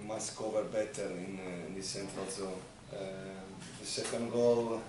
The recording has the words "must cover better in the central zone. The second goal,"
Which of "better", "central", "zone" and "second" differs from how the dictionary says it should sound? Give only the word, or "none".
zone